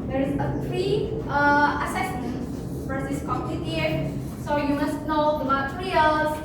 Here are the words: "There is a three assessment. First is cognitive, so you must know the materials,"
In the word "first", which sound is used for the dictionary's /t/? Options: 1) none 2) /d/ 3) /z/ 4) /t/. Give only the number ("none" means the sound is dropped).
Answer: 1